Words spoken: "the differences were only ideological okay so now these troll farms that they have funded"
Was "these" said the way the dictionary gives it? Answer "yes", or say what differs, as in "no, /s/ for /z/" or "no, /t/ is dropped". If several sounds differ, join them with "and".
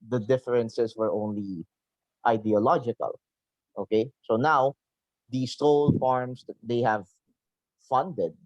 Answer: no, /s/ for /z/